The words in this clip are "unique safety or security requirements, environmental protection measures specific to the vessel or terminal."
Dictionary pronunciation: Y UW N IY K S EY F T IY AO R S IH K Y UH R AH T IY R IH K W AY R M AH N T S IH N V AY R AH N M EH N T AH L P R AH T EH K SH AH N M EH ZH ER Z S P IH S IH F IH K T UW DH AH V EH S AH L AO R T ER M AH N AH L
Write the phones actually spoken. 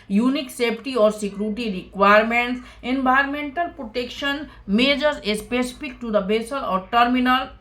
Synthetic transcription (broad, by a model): Y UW N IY K S EY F T IY AO R S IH K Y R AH T IY R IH K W AY R M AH N T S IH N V AY R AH M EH N T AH L P R AH T EH K SH AH N M EH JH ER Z S P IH S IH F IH K T UW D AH B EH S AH L AO R T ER M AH N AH L